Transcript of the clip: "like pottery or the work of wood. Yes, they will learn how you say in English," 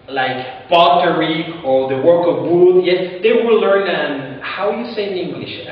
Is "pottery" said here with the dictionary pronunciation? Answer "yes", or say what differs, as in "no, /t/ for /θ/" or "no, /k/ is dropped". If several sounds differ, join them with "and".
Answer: no, /b/ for /p/